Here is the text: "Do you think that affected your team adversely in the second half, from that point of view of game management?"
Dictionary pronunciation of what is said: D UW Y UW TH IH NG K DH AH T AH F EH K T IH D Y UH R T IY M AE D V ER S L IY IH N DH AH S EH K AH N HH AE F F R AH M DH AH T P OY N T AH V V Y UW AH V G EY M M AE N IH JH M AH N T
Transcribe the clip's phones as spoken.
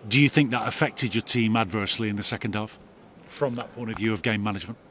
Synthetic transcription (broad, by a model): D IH Y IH TH IH NG K DH AH T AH F EH K T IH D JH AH R T IY M AE D V ER S L IY IH N DH AH S EH K AH N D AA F F R AH M DH AH T P OY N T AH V V Y UW AH V G EY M M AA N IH JH M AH N T